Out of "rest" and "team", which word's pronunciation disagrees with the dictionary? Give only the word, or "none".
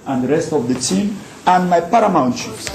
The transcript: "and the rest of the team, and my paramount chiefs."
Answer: none